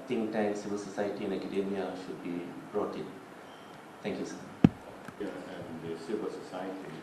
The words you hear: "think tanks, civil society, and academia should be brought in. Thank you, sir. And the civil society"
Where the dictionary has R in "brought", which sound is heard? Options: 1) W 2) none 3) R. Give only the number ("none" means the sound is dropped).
3